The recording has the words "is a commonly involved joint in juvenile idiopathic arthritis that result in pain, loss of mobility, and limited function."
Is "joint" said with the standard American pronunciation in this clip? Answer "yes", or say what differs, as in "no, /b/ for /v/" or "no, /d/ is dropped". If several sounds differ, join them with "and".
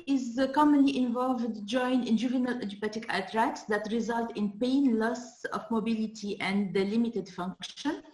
no, /t/ is dropped